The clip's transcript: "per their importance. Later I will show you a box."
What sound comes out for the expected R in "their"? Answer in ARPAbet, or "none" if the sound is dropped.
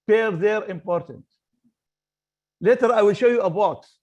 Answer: R